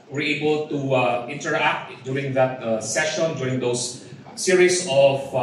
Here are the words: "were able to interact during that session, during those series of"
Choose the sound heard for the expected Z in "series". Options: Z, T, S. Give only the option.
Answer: S